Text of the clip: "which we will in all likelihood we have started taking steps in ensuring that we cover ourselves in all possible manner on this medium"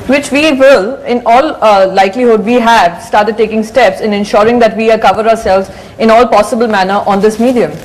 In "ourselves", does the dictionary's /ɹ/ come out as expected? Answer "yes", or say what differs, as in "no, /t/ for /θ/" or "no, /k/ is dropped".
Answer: yes